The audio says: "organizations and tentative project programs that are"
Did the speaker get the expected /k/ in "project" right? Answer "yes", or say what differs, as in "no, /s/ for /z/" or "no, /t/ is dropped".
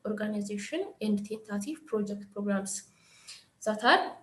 yes